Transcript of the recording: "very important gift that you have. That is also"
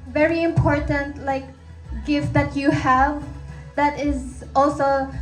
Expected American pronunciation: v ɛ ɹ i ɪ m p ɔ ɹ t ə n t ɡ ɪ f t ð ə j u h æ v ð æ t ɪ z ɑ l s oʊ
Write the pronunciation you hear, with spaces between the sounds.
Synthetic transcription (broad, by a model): v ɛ ɹ i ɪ m p ɔ ɹ t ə n t ɡ ɪ f t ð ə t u h æ v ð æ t ɪ z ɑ l s oʊ